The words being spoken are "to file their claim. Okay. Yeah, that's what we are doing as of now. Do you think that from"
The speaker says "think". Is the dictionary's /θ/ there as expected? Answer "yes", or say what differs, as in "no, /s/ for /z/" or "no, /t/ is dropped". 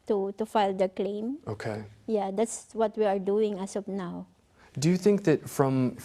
yes